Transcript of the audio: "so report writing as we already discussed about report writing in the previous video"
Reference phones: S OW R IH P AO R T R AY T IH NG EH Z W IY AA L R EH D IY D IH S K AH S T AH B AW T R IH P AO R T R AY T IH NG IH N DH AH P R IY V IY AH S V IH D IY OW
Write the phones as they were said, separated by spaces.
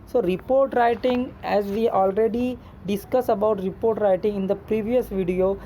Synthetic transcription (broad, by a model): S OW R IH P AO R T R AY T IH NG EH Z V IY AA L R EH D IY D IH S K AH S AH B AW T R IH P AO R T R AY T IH NG IH N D AH P R IY V IY AH S V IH D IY OW